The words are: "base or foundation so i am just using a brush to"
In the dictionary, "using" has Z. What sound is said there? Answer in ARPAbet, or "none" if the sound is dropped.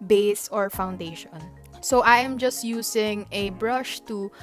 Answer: S